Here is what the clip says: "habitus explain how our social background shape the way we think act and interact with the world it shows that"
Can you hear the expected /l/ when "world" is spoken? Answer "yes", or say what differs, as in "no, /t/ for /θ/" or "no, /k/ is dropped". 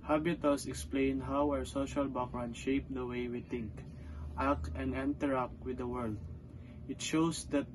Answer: yes